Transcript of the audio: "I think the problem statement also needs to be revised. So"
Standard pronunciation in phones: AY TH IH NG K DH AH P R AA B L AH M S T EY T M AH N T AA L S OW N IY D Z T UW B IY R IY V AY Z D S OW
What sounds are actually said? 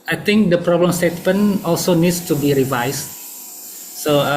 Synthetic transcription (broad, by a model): AY T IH NG K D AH P R AA B L AH M S T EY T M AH N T AA L S OW N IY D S T UW B IY R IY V AY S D S OW